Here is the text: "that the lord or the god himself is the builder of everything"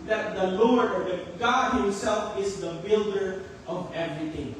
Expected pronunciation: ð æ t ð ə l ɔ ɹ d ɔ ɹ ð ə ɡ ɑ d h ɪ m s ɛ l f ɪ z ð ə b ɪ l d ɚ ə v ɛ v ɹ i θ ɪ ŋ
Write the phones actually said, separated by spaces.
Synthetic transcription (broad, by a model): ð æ t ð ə l ɔ ɹ d ɔ ɹ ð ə ɡ ɑ d h ɪ m s ɛ l f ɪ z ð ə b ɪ l d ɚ ə v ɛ v ɹ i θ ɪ ŋ